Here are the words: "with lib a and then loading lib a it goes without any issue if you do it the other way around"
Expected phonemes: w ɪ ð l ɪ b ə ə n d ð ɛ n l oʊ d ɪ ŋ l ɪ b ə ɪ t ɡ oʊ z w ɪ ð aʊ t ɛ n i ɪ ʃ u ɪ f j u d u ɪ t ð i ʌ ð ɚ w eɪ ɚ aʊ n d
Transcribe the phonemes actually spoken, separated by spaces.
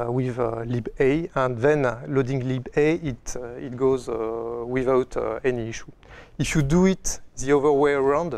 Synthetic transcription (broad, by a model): w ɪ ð l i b ə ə n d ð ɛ n l oʊ d ɪ ŋ l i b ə ɪ t ɡ oʊ z w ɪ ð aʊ t ɛ n i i ʃ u ɪ f j u d u ɪ t ð i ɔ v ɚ w eɪ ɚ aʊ n d